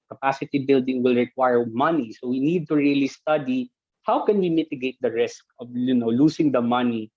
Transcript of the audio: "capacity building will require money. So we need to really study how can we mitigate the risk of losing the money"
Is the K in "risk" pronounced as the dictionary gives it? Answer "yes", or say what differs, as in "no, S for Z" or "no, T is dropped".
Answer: yes